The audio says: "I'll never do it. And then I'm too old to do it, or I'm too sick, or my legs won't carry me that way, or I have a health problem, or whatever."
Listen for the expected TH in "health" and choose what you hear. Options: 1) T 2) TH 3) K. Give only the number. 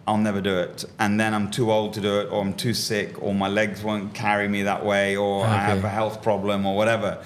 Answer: 2